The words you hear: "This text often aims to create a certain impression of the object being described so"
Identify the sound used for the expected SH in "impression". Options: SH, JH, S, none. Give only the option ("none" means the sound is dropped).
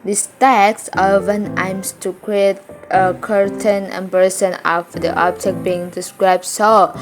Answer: S